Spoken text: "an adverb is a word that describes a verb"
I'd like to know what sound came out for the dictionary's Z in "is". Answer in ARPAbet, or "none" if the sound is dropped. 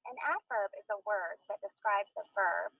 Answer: Z